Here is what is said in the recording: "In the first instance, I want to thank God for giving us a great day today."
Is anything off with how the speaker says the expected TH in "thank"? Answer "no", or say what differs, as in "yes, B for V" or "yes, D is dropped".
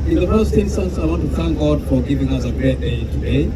no